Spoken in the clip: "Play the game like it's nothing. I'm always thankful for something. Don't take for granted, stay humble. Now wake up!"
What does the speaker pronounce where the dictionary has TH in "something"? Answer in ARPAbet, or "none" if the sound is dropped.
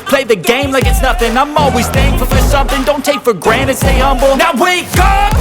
TH